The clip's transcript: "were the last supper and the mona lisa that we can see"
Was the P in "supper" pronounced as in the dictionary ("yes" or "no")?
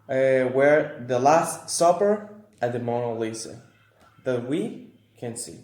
yes